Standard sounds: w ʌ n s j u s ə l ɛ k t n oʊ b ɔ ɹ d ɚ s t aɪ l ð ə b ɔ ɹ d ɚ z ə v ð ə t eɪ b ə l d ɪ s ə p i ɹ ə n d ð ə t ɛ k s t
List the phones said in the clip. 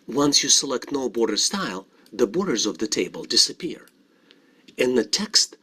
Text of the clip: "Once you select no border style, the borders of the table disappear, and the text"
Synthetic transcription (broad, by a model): w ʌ n s j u s ə l ɛ k t n oʊ b ɔ ɹ d ɚ s t aɪ l ð ə b ɔ ɹ d ɚ z ə v ð ə t eɪ b ə l d ɪ s ə p i ɹ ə n ð ə t ɛ k s t